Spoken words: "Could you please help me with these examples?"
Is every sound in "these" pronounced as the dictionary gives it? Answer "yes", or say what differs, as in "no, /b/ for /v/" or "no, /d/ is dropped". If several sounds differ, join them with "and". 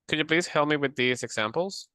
yes